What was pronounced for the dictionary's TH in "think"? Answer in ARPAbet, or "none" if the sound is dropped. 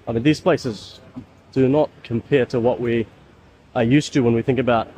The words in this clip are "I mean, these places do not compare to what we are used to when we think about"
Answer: TH